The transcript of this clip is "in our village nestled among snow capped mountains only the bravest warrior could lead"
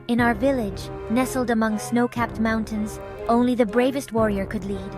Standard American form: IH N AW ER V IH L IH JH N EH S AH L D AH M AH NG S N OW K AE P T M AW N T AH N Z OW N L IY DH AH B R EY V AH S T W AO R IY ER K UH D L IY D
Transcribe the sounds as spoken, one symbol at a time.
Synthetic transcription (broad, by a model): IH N AW ER V IH L IH JH N EH S L D AH M AH NG S N OW K AE P T M AW N T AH N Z OW N L IY DH AH B R EY V AH S T W AO R IY ER K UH D L IY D